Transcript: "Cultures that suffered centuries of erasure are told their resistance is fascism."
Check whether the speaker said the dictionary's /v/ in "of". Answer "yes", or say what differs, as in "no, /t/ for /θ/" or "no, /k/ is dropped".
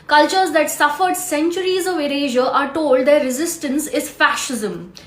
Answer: yes